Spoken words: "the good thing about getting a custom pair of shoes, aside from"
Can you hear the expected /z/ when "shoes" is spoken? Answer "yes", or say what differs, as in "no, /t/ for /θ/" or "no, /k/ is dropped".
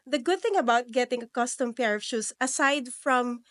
no, /s/ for /z/